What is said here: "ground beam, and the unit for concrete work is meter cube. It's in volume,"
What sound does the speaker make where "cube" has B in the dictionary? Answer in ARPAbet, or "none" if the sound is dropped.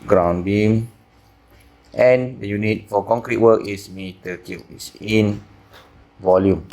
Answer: none